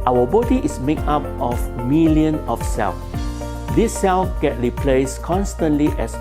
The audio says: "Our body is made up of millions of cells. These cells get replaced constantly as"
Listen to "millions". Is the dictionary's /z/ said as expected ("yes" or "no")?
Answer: no